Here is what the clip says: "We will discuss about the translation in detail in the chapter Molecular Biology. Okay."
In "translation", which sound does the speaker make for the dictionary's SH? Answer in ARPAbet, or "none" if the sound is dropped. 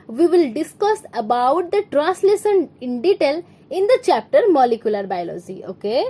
S